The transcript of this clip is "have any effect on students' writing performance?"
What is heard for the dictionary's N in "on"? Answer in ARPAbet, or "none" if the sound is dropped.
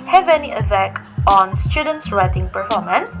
N